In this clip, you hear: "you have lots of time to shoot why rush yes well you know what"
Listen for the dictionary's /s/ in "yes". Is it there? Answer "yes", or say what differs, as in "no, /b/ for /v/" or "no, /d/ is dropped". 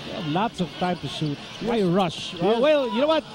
no, /s/ is dropped